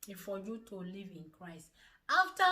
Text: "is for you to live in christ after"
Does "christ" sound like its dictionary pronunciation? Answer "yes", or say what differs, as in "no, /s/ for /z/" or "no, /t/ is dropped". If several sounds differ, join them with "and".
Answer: yes